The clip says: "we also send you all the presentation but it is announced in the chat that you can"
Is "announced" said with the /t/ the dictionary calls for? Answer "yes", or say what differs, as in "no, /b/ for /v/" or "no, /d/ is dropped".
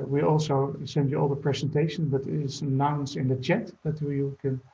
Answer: no, /t/ is dropped